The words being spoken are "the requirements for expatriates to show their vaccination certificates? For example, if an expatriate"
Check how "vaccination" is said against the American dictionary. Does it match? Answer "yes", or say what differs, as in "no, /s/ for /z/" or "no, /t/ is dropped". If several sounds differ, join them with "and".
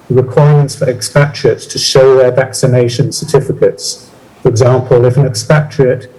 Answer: yes